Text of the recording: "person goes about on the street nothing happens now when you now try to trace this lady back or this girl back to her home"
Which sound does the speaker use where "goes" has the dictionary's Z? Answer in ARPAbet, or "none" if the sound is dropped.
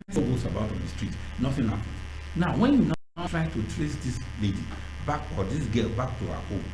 S